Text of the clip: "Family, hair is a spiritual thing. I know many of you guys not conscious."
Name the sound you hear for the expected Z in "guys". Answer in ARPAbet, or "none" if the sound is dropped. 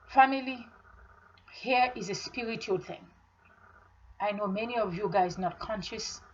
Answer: Z